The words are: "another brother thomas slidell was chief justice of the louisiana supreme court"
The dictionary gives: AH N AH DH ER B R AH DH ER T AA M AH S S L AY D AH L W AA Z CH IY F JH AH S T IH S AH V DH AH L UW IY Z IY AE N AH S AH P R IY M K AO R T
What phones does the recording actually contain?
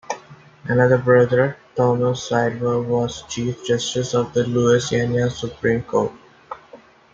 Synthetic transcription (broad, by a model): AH N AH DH ER B R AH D ER T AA M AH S S AY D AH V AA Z CH IY F JH AH S T IH S AH V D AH L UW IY S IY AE N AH S AH P R IY M K AO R T